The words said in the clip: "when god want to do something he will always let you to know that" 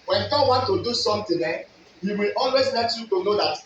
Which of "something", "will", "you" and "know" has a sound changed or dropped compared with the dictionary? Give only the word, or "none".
something